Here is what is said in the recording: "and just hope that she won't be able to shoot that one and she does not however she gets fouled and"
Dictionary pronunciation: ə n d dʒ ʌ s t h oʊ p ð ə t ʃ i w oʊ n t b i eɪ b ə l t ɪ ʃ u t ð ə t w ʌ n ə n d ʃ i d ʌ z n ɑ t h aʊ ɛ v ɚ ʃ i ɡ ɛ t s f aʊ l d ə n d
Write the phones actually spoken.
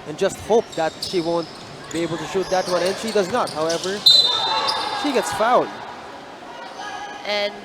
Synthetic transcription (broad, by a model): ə n dʒ ʌ s t h oʊ p ð ə t ʃ i w oʊ n t b i eɪ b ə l t ɪ ʃ u t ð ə t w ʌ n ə n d ʃ i d ʌ z n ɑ t h aʊ ɛ v ɚ ʃ i ɡ ɛ t s f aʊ d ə n